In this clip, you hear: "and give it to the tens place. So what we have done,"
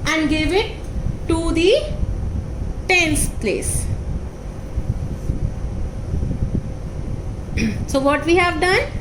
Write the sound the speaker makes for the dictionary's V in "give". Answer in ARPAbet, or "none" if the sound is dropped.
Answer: V